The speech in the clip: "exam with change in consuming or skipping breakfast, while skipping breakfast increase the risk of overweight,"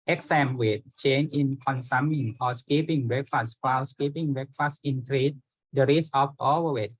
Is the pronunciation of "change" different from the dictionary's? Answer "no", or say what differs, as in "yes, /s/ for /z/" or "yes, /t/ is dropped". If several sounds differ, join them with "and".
yes, /dʒ/ is dropped